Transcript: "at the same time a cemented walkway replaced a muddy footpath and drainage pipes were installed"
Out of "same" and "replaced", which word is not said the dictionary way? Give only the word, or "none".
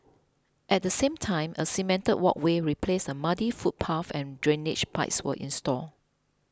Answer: replaced